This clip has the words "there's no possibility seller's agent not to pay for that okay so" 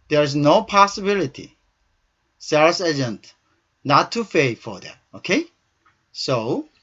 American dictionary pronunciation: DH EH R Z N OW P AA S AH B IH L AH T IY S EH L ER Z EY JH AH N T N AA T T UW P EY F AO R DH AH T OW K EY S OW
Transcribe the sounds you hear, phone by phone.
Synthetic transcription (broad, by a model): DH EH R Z N OW P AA S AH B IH L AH T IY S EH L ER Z EY JH AH N T N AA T T UW F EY F AO R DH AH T OW K EY S OW